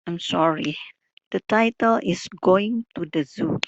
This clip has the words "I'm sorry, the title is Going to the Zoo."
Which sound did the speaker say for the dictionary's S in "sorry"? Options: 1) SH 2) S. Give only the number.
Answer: 2